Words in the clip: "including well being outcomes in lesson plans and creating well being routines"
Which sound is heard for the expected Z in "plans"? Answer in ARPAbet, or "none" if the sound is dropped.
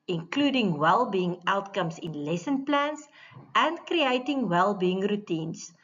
S